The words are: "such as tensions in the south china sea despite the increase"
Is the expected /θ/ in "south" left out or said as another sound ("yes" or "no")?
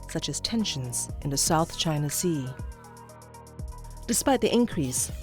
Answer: no